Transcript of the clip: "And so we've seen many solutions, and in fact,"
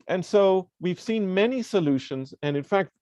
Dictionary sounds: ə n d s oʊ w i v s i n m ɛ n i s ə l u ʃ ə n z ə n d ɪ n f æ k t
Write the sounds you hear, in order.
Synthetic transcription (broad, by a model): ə n s oʊ w i v s i n m ɛ n i s ə l u ʃ ə n z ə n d ɪ n f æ k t